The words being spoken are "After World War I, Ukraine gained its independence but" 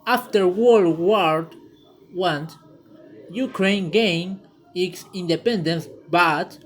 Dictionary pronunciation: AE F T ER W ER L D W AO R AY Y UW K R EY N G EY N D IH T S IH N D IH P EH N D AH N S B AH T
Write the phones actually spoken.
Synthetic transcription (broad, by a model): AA F T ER W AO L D W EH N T Y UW K R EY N G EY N IH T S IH N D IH P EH N D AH N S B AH T